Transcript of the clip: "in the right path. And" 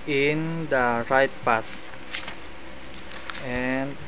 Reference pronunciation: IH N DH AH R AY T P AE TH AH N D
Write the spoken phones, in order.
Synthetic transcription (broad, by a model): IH N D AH R AY T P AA S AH N